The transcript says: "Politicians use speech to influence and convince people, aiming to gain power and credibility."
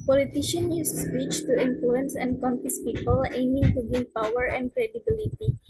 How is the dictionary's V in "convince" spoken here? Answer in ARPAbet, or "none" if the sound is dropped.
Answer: F